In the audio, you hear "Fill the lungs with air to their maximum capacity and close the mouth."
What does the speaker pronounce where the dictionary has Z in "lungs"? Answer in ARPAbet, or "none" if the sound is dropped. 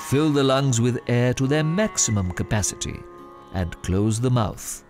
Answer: Z